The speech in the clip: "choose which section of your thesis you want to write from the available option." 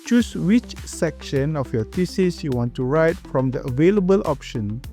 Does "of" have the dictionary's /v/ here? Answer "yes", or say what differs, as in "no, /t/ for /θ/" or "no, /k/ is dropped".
no, /f/ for /v/